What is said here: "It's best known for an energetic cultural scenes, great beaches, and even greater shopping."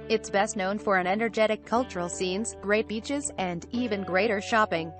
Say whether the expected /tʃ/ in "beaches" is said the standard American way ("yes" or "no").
yes